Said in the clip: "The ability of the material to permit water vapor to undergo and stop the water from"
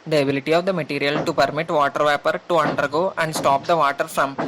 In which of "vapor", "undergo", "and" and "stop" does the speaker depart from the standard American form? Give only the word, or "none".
none